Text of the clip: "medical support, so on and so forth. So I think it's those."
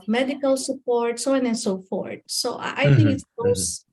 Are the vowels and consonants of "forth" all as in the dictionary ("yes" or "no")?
no